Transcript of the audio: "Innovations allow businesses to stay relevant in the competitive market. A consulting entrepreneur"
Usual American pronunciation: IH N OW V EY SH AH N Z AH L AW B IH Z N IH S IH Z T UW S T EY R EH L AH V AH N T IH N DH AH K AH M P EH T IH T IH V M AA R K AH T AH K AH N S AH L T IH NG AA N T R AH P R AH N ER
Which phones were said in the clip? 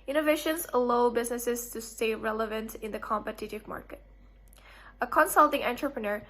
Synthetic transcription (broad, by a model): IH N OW V EY SH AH N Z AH L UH B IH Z N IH S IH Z T UW S T EY R EH L AH V AH N T IH N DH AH K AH M P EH T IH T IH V M AA R K AH T AH K AH N S AH L T IH NG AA N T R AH P R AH N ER